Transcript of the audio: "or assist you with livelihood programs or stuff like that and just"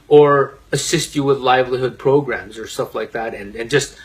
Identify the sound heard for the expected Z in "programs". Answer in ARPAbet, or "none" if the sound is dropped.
Z